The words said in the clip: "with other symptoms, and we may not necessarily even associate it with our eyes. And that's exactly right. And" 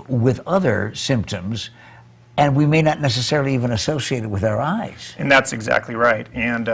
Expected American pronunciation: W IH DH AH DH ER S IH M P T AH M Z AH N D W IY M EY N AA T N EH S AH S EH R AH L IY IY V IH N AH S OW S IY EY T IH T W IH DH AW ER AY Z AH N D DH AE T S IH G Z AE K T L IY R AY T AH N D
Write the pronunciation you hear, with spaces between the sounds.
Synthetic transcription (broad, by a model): W IH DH AH DH ER S IH M P T AH M Z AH N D W IY M EY N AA T N EH S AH S EH R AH L IY IY V IH N AH S OW S IY EY T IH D W IH DH AW ER AY Z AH N DH AE T S IH G Z AE K T L IY R AY T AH N